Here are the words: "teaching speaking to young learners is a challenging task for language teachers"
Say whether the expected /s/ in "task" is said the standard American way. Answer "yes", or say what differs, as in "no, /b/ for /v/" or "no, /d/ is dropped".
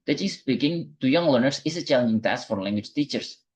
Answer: yes